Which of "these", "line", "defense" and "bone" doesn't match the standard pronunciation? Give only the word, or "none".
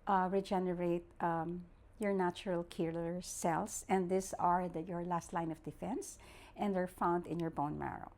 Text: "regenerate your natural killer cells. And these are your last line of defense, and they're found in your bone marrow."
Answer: these